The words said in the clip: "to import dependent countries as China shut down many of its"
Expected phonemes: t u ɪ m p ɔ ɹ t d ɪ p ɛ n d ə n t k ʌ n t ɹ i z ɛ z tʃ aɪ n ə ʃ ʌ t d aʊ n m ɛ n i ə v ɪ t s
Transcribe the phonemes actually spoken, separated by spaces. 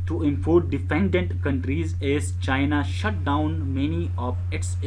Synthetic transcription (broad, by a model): t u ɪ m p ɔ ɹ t d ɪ f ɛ n d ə n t k ʌ n t ɹ i z ɛ z tʃ aɪ n ə ʃ ʌ t d aʊ n m ɛ n i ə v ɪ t s